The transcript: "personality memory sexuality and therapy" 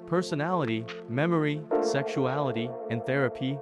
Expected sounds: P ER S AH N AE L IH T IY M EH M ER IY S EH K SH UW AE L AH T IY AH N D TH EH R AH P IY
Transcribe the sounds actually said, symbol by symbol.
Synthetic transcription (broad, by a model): P ER S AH N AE L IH T IY M EH M ER IY S EH K SH UW AE L AH T IY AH N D TH EH R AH P IY